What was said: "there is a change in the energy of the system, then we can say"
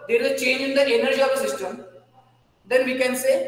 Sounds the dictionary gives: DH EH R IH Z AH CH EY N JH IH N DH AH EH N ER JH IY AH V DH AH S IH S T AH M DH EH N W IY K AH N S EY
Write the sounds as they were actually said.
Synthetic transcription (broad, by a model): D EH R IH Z AH CH EY N JH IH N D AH EH N ER JH IY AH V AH S IH S T AH M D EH N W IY K AH N S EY